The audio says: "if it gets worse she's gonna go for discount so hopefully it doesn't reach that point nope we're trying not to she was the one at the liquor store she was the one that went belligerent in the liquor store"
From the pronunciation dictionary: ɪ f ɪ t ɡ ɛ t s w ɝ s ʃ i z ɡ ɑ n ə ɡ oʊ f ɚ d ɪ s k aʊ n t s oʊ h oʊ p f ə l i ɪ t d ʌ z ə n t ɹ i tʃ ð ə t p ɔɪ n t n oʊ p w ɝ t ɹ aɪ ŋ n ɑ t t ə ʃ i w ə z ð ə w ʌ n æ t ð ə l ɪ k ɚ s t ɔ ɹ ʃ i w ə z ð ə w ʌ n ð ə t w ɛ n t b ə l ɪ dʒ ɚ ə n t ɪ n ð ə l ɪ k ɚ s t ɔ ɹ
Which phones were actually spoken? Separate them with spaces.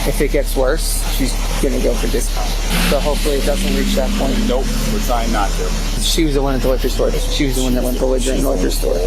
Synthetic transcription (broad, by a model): ɪ f ɪ t ɡ ɛ t s w ɝ s ʃ i z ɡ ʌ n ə ɡ oʊ f ɚ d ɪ s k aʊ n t s oʊ h oʊ p f l i ɪ t d ʌ z ə n t ɹ i tʃ ð ə t p ɔɪ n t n oʊ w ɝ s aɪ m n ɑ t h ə ʃ i w ə z ð ə w ʌ n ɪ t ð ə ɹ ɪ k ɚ s t ɔ ɹ ʃ i w ə z ð ə w ʌ n ð ə t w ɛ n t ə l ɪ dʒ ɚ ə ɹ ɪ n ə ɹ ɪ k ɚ s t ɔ ɹ